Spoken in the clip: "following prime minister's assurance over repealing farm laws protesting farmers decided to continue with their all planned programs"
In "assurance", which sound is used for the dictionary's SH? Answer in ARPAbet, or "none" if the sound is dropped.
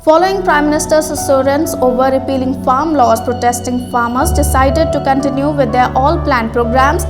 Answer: S